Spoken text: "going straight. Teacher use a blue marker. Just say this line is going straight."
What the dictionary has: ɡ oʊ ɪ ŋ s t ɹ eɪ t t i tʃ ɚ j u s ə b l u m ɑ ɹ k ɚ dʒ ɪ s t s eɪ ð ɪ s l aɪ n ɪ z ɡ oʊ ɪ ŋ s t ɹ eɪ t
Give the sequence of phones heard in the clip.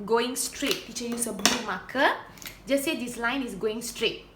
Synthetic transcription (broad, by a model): ɡ oʊ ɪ ŋ s t ɹ eɪ t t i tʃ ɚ j u s ə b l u m ɑ k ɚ dʒ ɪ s s eɪ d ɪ s l aɪ n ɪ s ɡ oʊ ɪ ŋ s t ɹ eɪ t